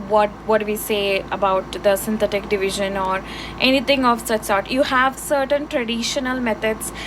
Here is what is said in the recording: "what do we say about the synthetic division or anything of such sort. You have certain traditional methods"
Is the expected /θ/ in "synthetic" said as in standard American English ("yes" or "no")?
no